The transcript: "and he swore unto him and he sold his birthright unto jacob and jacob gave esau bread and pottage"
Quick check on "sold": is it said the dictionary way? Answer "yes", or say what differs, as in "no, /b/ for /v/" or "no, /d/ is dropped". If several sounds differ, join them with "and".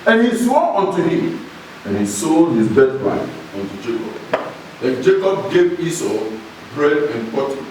no, /l/ is dropped